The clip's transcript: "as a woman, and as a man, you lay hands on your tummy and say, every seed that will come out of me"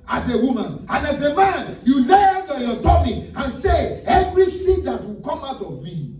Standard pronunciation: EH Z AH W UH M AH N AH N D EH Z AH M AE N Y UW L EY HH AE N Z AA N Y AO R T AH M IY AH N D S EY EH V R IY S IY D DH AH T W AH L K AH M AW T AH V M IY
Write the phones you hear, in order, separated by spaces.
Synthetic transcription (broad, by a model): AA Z AH W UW M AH N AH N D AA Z AH M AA N Y UW L EY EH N AA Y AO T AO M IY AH N S EY EH V R IY S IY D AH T W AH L K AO M AW T AH V M IY